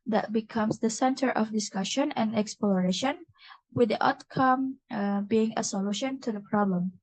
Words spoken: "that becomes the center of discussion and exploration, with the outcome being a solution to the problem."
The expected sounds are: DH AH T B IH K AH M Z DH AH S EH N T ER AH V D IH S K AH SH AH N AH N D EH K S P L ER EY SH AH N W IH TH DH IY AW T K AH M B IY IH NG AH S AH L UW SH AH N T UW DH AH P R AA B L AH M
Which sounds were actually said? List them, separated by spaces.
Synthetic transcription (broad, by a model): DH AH T B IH K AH M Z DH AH S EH N T ER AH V D IH S K AH SH AH N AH N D EH K S P L ER EY SH AH N W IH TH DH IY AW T K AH M B IY IH NG AH S AH L UW SH AH N T UW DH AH P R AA B L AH M